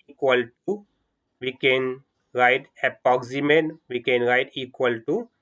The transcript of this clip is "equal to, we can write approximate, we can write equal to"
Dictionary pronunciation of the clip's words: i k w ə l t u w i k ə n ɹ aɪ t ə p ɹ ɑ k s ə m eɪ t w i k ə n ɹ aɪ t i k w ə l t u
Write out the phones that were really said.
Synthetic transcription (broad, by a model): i k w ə l t u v i k ə n ɹ aɪ t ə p ɑ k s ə m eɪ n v i k ə n ɹ aɪ t i k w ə l t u